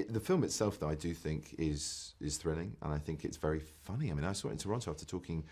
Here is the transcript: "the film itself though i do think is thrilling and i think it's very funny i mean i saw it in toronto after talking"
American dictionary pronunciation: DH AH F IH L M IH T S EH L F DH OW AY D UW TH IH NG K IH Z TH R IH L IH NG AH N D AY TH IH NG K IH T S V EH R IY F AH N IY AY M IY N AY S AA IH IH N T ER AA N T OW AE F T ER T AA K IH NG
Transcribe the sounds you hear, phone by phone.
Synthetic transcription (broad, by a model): DH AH F IH L M IH T S EH L F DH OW AY D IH TH IH NG K IH Z TH R IH L IH NG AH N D AY TH IH NG K IH T S V EH R IY F AH N IY AY M IY N AY S AA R IH N T ER AA N T OW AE F T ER T AA K IH NG